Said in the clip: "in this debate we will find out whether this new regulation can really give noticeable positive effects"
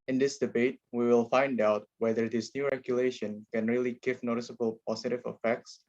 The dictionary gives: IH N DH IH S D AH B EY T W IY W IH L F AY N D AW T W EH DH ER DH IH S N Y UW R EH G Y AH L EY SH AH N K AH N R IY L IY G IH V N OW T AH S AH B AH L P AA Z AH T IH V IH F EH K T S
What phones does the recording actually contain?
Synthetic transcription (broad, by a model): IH N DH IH S D AH B EY T W IY W IH L F AY N D AW T W EH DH ER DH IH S N Y UW R EH G Y AH L EY SH AH N K AH N R IY L IY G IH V N OW T AH S AH B AH L P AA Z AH T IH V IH F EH K T S